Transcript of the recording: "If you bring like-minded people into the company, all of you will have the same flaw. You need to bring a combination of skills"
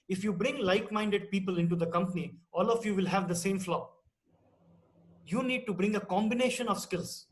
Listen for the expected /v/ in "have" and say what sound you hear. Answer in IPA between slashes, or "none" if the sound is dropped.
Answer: /v/